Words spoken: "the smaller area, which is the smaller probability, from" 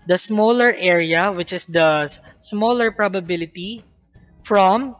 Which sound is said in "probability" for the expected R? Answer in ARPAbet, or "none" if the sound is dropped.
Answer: R